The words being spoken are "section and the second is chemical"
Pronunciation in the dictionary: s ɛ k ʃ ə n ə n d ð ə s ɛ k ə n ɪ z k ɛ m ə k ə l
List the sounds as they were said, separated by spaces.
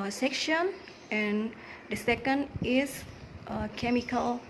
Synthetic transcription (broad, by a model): s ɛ k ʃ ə n ə n d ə s ɛ k ə n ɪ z k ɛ m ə k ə l